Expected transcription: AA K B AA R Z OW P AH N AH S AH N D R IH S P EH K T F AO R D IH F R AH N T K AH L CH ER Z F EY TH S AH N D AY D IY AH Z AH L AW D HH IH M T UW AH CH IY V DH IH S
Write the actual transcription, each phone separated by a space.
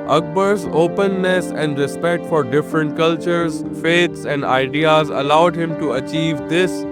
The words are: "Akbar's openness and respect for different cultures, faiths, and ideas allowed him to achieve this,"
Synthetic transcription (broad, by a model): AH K B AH R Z OW P AH N AH S AH N D R IH S P EH K T F AO R D IH F R AH N T K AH L CH ER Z F EY T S AH N D AY D IY AH Z AH L AW D HH IH M T UW AH CH IY V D IH S